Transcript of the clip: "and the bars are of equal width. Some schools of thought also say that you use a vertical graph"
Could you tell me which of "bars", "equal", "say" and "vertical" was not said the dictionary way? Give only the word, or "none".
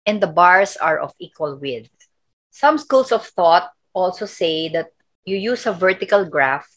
bars